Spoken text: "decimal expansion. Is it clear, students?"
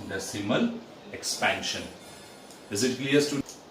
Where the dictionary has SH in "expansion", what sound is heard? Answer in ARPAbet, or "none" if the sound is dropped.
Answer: SH